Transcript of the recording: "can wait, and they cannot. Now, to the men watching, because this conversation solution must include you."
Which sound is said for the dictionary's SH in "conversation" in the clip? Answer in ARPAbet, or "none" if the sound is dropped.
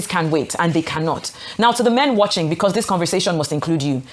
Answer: none